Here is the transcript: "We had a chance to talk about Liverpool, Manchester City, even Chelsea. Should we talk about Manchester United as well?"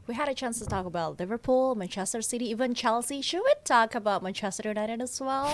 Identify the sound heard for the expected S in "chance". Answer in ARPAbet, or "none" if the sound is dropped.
S